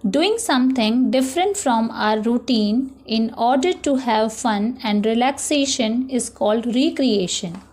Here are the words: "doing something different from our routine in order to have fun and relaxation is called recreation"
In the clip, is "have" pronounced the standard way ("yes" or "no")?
yes